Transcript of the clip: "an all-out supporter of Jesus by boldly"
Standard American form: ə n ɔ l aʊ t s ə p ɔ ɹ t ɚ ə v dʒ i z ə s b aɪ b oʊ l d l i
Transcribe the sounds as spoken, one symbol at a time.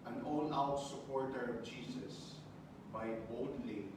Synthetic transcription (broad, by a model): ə n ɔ n aʊ t s ə p ɔ ɹ t ɚ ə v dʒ i s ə s b aɪ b oʊ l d l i